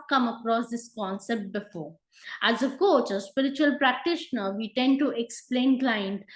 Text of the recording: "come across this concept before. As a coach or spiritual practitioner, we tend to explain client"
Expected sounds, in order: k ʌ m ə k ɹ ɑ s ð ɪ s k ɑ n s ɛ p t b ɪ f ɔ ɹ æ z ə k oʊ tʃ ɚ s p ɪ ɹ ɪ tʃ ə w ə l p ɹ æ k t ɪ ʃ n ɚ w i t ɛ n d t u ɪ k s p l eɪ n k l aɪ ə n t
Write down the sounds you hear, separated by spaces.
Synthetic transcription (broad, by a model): k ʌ m ə k ɹ ɑ s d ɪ s k ɑ n s ɛ p t b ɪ f ɔ ɹ æ z ə k oʊ tʃ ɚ s p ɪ ɹ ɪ tʃ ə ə l p ɹ æ k t ɪ ʃ n ɚ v i t ɛ n d t u ɪ k s p l eɪ n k l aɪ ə n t